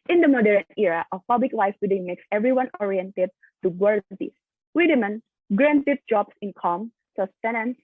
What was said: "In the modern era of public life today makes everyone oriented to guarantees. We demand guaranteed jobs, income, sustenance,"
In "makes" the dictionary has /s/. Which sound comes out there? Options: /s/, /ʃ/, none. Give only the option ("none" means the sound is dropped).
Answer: /s/